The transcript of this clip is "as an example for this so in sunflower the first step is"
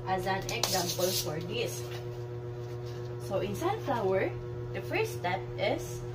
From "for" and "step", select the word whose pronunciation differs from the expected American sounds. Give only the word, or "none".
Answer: none